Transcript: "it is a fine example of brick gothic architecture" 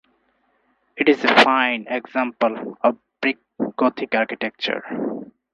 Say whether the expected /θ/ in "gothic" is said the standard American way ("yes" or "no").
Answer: no